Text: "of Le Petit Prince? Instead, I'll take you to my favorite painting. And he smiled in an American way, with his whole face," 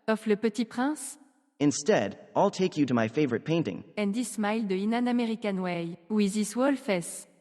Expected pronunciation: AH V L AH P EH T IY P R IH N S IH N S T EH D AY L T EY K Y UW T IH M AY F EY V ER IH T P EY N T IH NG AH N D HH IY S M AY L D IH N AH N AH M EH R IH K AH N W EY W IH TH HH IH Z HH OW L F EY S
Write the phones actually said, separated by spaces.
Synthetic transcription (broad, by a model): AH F L AH P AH T IY P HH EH S IH N S T EH D AY L T EY K Y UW T IH M AY F EY V ER IH T P EY N T IH NG AH N D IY S M AY L D IH N AH N AH M EH R IH K AH N W EY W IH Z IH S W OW L F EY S